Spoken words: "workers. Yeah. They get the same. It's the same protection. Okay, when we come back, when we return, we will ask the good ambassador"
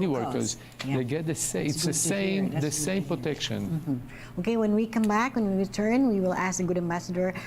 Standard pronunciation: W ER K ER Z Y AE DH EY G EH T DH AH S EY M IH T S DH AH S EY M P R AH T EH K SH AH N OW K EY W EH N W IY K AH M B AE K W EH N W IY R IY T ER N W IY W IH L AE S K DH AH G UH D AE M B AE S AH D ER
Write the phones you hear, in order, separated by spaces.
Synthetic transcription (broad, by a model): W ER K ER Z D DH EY G EH T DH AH S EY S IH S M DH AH S EY M P R AH T EH K SH AH N OW K EY W EH N W IY K AH M B AE K W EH N W IY R IY T ER N W IY W IH L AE S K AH G UH D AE M B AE S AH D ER